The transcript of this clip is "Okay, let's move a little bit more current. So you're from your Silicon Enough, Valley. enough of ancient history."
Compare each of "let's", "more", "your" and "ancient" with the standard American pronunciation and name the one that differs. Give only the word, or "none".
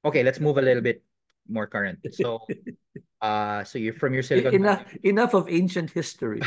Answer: none